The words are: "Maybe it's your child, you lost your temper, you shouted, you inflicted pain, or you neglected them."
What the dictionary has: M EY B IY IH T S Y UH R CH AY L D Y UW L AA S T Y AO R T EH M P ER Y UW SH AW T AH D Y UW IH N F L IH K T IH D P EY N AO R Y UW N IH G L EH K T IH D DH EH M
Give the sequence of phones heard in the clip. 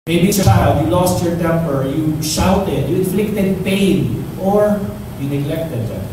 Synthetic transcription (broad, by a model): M EY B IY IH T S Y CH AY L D Y UW L AA S T Y AO R T EH M P ER Y UW SH AW T AH D Y UW IH N F L IH K T IH D P EY N AO R Y UW N IH G L EH K T IH D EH